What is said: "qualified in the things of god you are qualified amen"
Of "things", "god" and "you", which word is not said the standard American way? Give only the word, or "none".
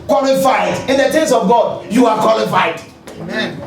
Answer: things